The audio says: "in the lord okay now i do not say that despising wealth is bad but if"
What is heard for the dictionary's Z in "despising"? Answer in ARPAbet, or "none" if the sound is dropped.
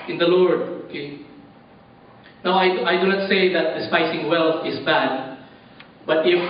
S